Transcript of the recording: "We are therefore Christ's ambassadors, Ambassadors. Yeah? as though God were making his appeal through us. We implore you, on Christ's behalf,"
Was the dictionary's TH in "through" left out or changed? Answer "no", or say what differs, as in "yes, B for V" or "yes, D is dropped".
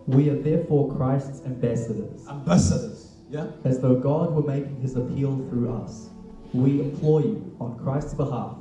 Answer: no